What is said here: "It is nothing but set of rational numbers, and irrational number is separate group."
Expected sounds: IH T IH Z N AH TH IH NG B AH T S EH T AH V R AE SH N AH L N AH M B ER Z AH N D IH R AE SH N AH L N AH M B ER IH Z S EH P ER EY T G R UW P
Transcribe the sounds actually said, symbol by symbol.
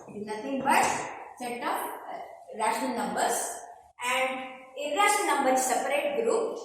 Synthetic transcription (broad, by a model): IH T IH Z N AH T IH NG B AH T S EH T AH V R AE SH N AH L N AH M B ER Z AH N D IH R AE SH AH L N AH M B ER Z S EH P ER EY T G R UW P